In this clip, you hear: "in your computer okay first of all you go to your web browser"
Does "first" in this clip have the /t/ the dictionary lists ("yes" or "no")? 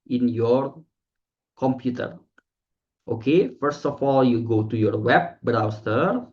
yes